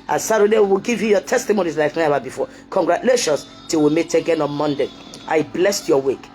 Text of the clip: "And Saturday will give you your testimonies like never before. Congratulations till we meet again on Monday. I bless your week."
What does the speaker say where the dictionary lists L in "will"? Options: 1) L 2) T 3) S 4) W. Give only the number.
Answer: 4